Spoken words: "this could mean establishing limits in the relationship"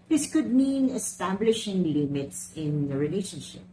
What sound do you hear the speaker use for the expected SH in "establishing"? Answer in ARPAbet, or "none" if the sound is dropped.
SH